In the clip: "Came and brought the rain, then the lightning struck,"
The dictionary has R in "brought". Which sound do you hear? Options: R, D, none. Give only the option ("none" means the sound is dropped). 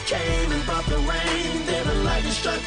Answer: none